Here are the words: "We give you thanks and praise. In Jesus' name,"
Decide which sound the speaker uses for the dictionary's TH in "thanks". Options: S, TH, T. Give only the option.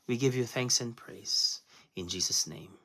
TH